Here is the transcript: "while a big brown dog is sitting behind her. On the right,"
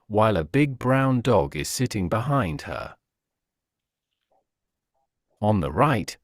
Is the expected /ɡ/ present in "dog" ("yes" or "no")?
yes